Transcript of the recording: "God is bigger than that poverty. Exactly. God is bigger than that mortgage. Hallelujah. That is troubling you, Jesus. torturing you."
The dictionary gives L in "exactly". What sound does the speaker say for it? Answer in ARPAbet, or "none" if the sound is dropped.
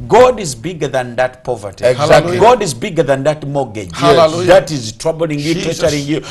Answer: none